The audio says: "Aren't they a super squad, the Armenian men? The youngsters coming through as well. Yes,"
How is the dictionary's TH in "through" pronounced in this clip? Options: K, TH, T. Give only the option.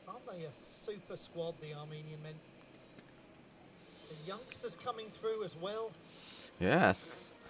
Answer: TH